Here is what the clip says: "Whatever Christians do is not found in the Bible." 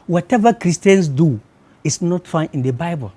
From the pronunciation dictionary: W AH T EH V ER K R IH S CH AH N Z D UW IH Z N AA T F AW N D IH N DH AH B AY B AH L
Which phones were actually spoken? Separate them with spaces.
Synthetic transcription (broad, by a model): W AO T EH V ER K R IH S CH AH N S D UW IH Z N AA T F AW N IH N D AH B AY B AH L